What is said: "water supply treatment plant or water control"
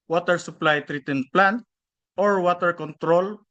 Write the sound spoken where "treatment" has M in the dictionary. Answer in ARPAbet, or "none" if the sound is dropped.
none